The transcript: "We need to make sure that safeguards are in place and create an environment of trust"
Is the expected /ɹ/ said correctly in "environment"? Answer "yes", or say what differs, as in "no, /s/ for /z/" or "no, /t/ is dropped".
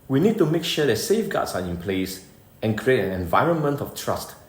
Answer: yes